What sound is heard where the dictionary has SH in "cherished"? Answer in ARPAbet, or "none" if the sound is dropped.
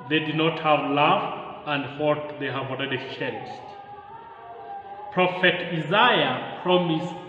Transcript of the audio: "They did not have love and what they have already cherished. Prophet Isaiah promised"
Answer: S